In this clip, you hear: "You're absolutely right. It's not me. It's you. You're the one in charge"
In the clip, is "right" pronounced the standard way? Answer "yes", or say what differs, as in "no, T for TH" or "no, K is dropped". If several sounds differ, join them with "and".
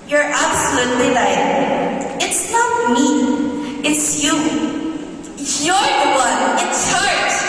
no, L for R